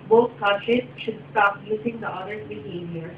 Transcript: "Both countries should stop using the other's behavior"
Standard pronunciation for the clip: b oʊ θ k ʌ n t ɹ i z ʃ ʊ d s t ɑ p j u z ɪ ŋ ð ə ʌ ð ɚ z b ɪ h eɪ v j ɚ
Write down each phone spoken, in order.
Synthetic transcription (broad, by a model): b oʊ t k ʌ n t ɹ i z ʃ ʊ d s t ɑ p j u s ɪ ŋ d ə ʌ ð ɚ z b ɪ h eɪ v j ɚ